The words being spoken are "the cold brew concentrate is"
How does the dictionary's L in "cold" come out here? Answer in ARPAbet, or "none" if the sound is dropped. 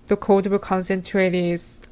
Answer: none